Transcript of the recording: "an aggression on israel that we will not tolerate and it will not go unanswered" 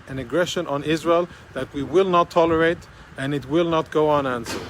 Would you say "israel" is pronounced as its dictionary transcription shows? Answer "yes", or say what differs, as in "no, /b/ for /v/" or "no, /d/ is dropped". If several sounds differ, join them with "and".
yes